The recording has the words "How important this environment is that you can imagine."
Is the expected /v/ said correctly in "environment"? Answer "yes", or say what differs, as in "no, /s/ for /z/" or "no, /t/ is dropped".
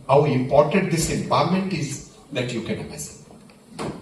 no, /p/ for /v/